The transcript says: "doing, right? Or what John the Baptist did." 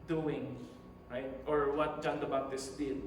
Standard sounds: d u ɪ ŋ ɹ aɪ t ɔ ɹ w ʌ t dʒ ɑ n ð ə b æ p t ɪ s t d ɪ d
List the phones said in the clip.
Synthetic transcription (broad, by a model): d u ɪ ŋ ɹ aɪ t ɔ ɹ w ʌ t dʒ ɑ n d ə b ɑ t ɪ s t d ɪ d